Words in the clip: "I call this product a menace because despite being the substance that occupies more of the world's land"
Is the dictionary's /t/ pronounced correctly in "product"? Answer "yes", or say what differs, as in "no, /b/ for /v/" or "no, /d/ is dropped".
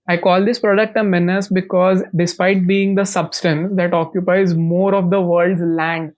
yes